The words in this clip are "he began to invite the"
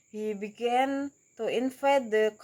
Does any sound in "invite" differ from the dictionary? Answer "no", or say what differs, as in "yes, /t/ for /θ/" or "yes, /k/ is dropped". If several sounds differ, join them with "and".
yes, /f/ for /v/